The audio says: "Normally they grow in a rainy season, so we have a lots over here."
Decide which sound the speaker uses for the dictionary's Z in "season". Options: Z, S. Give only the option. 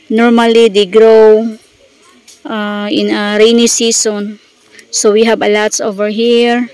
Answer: S